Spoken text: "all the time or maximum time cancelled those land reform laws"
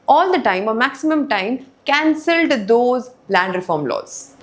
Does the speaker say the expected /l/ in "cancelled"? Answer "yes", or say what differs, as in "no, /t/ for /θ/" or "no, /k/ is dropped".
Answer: yes